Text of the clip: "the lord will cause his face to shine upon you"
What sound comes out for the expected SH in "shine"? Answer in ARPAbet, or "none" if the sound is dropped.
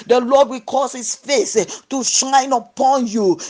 SH